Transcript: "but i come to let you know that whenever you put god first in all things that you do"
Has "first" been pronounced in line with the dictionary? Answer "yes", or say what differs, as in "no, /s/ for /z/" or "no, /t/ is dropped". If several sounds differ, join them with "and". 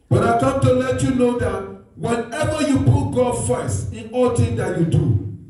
no, /t/ is dropped